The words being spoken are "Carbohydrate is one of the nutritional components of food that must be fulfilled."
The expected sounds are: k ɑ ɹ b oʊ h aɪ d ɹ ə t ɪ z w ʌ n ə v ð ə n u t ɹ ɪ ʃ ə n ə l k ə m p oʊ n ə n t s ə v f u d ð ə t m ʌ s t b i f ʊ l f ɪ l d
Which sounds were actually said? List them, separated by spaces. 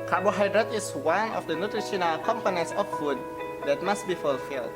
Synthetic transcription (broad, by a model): k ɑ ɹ b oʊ h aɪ d ɹ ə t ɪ s w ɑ n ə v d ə n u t ɹ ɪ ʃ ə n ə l k ə m p oʊ n ə n t s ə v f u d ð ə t m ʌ s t b i f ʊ l f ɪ l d